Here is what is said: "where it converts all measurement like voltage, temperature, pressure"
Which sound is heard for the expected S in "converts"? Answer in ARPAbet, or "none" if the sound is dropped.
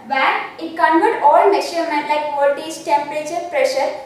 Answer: none